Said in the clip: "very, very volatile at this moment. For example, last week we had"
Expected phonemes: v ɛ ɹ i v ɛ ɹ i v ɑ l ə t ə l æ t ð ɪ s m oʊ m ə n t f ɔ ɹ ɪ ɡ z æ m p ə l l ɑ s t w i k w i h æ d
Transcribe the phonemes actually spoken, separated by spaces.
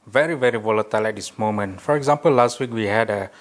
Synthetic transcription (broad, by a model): v ɛ ɹ i v ɛ ɹ i v ɑ l ə t ə l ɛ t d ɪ s m oʊ m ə n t f ɔ ɹ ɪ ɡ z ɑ m p ə l l ɑ s t w i k w i h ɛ d